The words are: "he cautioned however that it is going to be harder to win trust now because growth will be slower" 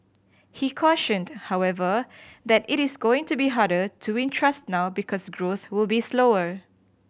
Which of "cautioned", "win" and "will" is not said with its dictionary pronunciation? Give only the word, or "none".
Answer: none